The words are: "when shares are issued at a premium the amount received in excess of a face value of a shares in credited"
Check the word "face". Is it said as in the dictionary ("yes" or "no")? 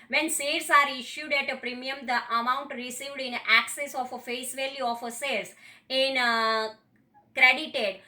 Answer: yes